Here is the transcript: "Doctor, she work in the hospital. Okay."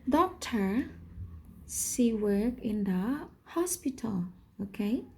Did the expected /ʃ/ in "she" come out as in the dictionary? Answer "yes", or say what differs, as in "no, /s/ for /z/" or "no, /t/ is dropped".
no, /s/ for /ʃ/